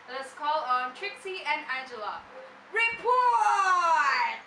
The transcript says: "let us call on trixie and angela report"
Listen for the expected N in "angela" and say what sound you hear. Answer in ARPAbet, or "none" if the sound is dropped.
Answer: none